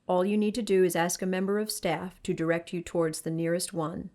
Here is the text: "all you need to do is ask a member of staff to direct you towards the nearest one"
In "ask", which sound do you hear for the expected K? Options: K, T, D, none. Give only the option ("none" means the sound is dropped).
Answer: K